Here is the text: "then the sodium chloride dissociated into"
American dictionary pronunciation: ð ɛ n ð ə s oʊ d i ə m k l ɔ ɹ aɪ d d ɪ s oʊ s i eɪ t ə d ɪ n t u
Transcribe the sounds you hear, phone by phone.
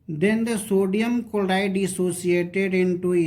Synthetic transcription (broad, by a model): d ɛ n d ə s oʊ d i ə m k ɔ l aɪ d d ɪ s oʊ s i eɪ t ə d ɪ n t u